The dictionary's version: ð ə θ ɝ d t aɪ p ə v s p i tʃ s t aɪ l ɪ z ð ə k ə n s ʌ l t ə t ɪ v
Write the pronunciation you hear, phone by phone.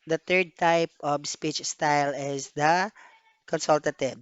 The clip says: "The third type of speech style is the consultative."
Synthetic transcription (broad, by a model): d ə t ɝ d t aɪ p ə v s p i tʃ s t aɪ l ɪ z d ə k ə n s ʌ l t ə t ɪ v